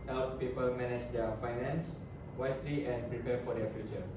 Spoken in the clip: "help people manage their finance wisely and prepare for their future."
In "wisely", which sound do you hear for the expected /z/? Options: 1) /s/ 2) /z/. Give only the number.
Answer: 1